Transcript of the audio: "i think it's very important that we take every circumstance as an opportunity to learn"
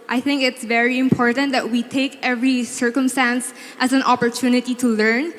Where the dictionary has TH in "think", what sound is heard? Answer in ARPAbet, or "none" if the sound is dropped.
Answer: TH